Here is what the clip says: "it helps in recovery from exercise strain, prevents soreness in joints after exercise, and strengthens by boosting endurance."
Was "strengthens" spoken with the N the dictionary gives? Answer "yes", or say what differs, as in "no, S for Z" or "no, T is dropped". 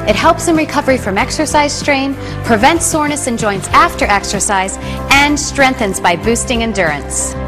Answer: yes